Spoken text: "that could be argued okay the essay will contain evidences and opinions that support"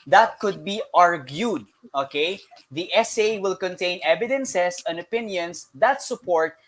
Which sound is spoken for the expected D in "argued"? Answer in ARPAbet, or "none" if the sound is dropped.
D